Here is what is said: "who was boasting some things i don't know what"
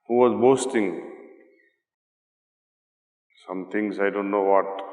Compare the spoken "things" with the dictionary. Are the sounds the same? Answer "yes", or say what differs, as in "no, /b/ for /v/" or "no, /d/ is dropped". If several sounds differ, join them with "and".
no, /t/ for /θ/